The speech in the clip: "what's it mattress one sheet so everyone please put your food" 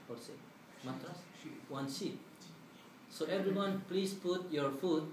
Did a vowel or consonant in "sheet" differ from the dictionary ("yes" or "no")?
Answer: yes